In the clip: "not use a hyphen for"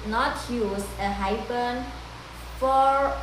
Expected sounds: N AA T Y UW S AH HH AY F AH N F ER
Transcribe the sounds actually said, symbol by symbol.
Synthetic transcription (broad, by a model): N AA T Y UW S AH HH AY P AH N F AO